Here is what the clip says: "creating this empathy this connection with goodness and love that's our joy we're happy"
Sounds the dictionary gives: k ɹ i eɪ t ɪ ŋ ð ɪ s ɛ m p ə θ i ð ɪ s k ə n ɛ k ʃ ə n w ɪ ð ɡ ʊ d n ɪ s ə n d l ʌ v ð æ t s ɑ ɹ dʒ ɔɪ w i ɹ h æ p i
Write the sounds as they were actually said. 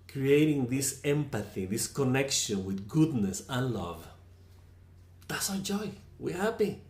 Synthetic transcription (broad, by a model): k ɹ i eɪ t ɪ ŋ ð ɪ s ɛ m p ə θ i ð ɪ s k ə n ɛ k ʃ ə n w ɪ ð ɡ ʊ d n ɪ s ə n l ʌ v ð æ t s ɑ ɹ dʒ ɔɪ w i ɹ h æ p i